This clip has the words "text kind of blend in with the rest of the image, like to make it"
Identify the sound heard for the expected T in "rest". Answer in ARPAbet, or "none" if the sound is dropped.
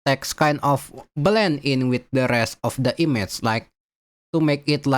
T